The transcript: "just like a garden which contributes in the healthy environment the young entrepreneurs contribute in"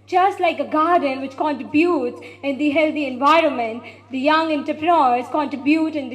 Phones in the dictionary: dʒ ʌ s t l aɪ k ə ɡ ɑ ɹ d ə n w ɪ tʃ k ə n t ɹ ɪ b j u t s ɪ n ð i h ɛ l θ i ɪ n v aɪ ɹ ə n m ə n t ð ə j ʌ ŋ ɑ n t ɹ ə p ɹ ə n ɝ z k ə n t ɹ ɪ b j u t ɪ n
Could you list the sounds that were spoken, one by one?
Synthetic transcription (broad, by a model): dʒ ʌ s t l aɪ k ə ɡ ɑ ɹ d ə n w ɪ tʃ k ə n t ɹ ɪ b j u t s ɪ n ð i h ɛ l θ i ɪ n v aɪ ɹ ə n m ə n t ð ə j ʌ ŋ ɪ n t ə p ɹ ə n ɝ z k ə n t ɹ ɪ b j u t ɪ n